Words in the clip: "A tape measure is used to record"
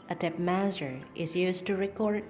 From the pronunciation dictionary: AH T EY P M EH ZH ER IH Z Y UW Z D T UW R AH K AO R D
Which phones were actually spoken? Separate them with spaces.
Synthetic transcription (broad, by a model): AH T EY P M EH Z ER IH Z Y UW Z T UW R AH K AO R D